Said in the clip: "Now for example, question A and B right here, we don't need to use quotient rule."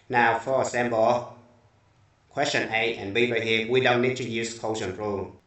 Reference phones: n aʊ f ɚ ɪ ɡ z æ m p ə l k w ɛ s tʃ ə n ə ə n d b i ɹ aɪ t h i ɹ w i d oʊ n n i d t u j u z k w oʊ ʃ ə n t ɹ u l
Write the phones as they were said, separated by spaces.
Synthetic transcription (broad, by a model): n aʊ f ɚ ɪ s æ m b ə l k w ɛ s tʃ ə n ə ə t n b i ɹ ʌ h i w i d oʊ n n i d t u j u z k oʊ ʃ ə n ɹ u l